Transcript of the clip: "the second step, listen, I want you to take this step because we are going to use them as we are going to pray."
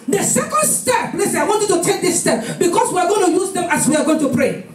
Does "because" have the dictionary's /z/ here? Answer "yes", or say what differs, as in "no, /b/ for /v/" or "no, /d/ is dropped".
no, /s/ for /z/